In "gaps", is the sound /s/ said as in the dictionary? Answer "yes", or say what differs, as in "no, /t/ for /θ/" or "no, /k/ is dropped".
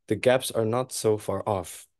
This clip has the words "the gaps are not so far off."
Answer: yes